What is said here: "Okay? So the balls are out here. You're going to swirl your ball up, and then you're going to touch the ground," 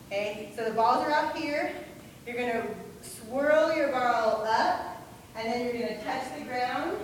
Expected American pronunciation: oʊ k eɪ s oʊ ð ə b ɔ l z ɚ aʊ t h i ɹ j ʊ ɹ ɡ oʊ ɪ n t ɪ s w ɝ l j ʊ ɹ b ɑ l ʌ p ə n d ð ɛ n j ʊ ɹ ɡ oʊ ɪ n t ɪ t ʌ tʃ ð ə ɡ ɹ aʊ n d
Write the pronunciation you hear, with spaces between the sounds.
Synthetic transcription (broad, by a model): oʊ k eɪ s oʊ ð ə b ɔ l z ɚ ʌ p h i ɹ j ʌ ɹ ɡ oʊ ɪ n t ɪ s w ɝ l j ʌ ɹ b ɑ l ʌ p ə n ð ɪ n j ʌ ɹ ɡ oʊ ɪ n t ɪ t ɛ s ð ə ɡ ɹ aʊ n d